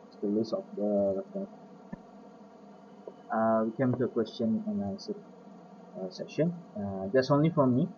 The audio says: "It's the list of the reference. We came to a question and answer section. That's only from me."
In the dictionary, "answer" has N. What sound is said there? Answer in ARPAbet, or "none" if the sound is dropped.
L